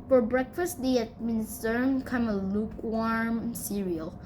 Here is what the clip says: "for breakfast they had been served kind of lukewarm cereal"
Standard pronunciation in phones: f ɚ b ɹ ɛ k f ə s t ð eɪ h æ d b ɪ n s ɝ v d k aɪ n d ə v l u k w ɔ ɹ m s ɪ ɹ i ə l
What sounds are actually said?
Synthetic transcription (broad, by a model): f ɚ b ɹ ɛ k f ə s t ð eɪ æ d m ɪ n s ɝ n k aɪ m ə l u k w ɔ ɹ m s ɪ ɹ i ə l